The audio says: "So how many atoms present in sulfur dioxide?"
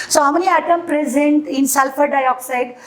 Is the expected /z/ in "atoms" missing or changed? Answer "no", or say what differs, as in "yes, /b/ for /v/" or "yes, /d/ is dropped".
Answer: yes, /z/ is dropped